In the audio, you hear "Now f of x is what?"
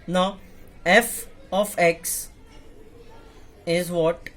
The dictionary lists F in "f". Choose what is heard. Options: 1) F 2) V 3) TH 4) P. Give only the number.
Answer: 1